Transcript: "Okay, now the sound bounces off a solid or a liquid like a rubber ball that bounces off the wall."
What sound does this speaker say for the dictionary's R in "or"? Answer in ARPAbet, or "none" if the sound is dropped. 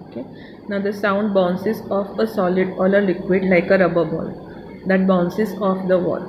L